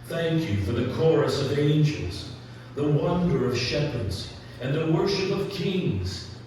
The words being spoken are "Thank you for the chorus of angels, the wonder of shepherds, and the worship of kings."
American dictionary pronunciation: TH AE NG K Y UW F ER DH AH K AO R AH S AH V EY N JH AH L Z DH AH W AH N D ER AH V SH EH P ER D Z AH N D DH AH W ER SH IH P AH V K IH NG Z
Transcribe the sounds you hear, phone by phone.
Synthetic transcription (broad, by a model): TH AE NG K Y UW F ER DH AH K AO R AH S AH V EY N JH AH L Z DH AH W AH N D ER AH V SH EH P ER D Z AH N DH AH W ER SH IH P AH V K IH NG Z